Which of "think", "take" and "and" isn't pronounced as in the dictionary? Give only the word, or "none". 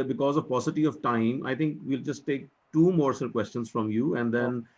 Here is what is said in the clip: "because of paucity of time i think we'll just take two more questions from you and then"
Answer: think